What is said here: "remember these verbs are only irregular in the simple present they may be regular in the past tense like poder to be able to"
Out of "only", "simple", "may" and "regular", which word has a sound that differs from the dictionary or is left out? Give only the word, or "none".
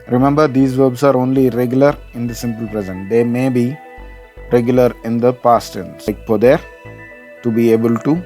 none